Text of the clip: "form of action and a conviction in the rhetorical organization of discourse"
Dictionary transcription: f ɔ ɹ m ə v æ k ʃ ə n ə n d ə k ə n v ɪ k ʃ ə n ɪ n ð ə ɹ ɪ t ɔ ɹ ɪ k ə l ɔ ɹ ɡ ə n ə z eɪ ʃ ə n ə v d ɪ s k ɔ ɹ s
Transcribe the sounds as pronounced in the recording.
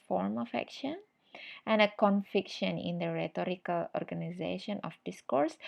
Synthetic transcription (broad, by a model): f ɔ ɹ m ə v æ k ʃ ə n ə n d ə k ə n f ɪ k ʃ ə n ɪ n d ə ɹ ɪ t ɔ ɹ ɪ k ə l ɔ ɹ ɡ ə n ə z eɪ ʃ ə n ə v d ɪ s k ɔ ɹ s